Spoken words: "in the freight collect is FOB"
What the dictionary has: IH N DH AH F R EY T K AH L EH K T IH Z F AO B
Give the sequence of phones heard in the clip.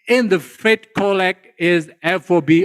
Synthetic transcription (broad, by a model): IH N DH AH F EY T K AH L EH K IH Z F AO B